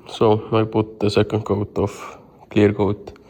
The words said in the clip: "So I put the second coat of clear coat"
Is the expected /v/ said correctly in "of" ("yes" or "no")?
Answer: no